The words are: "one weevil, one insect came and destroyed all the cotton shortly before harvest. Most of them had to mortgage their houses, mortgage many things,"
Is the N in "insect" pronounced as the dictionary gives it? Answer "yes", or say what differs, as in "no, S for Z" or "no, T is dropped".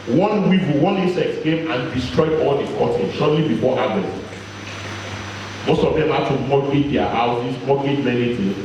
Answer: no, N is dropped